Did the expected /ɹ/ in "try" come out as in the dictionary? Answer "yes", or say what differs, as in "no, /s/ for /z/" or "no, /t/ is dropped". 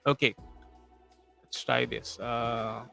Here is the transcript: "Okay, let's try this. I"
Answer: no, /ɹ/ is dropped